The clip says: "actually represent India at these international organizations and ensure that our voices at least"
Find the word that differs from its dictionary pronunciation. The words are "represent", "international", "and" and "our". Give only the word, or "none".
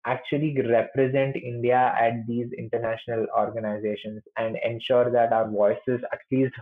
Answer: none